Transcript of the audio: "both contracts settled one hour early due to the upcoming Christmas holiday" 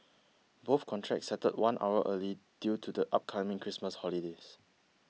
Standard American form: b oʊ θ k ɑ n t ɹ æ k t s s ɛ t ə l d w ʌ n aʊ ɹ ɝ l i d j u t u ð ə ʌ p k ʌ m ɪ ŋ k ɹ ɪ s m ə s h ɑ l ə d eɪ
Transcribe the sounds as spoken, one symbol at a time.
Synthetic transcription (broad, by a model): b oʊ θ k ɑ n t ɹ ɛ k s s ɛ t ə d w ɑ n aʊ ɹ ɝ l i d j u t u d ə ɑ p k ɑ m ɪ ŋ k ɹ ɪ s m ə s h ɑ l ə d eɪ